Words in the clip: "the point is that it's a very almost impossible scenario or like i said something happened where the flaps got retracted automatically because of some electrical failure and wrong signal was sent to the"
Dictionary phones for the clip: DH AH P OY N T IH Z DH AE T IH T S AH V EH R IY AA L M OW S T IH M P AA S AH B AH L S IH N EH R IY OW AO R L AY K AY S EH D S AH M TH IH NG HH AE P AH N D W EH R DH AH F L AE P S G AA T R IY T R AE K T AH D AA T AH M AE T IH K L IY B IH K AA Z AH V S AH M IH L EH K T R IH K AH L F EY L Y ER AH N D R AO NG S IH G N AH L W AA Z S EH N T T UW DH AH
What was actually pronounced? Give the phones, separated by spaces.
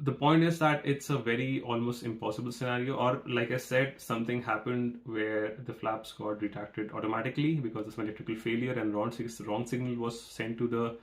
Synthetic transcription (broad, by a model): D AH P OY N T IH Z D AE T IH T S AH V EH R IY AA L M OW S T IH M P AA S AH B AH L S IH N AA R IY OW AO R L AY K AY S EH D S AH M T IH NG HH AE P AH N D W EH R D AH F L AE P S G AA T R IY T R AE K T AH D AA T AH M AE T IH K L IY B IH K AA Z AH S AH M IH L EH K T R IH K AH L F EY L Y ER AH N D R AO NG S IH G N AH L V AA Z S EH N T T UW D AH